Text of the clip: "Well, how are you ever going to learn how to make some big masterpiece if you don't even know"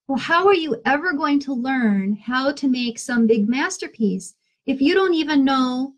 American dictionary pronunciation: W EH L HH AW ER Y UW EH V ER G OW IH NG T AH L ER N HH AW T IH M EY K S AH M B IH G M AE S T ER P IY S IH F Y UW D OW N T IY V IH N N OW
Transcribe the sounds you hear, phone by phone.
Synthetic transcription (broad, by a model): W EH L HH AW ER Y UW EH V ER G OW IH NG T AH L ER N HH AW T IH M EY K S AH M B IH G M AE S T ER P IY S IH F Y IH D OW N T IY V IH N N OW